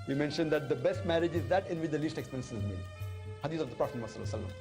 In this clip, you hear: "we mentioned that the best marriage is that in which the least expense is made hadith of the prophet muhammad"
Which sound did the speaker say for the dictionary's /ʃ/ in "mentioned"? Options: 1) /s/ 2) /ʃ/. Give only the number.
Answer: 2